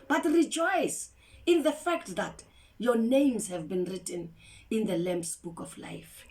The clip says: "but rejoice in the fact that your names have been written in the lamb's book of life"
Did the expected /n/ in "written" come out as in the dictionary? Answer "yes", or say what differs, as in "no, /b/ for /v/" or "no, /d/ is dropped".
yes